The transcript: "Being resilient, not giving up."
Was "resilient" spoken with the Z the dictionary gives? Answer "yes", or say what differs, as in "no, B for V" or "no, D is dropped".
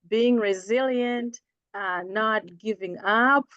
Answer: yes